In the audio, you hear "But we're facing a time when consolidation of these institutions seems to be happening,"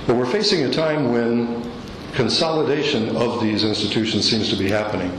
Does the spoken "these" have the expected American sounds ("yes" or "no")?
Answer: yes